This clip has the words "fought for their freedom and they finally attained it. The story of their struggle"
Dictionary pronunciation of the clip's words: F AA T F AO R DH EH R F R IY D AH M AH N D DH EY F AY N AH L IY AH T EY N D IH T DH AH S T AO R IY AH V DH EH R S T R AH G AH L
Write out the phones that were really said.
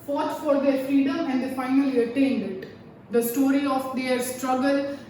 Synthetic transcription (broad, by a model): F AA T F AO R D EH R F IY D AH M AH N D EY F AY N AH L IY AH T EY N D IH T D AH S T AO R IY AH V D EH R S T R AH G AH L